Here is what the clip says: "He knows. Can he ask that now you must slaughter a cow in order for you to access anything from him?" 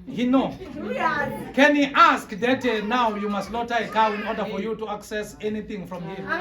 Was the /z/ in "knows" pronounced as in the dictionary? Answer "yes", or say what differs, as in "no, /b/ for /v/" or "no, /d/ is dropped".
no, /z/ is dropped